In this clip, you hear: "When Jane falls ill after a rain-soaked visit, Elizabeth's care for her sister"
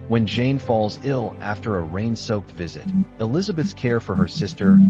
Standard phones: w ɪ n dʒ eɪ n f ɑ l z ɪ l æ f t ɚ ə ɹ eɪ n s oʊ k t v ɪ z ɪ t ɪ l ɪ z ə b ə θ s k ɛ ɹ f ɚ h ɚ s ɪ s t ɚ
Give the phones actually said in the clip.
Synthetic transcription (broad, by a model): w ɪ n dʒ eɪ n f ɑ l z ɪ l æ f t ɚ ə ɹ eɪ n s oʊ k t v ɪ z ɪ t ɪ l ɪ z ə b ə θ s k ɛ ɹ f ɚ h ɚ s ɪ s t ɚ